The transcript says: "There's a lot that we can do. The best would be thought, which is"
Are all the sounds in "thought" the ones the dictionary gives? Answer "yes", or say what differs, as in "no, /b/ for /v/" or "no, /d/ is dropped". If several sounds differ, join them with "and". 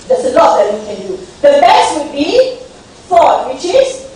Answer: no, /f/ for /θ/